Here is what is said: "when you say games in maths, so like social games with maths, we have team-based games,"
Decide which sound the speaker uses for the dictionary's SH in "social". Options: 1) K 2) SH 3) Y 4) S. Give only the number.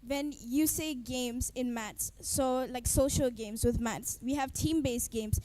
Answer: 2